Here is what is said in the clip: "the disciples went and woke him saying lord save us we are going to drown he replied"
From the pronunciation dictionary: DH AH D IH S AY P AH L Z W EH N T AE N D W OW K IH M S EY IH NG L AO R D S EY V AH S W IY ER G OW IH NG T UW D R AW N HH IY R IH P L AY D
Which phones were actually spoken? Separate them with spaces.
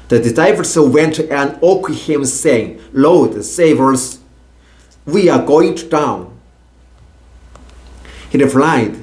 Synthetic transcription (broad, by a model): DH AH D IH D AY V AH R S W EH N T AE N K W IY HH IH M S EY IH NG L AO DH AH S EY V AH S W IY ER G OW IH NG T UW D AW N HH IY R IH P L AY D